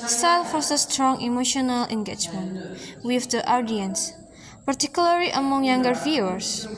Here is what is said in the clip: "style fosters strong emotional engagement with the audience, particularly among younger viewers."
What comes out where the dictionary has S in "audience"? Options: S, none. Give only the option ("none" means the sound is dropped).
S